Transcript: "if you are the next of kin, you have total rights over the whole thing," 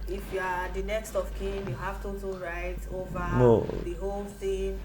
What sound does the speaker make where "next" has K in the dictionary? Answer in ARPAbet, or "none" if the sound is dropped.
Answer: K